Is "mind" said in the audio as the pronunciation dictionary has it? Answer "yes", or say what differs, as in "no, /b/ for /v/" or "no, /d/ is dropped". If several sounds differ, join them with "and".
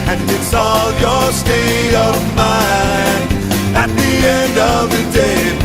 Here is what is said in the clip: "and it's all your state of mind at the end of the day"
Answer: no, /d/ is dropped